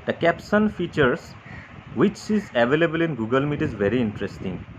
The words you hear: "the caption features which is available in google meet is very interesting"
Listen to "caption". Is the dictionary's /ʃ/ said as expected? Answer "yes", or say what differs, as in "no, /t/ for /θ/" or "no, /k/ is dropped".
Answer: no, /s/ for /ʃ/